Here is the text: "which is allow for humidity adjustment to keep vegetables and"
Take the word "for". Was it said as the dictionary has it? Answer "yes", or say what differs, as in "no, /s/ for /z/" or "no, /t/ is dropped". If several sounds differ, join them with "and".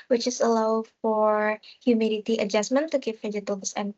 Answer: yes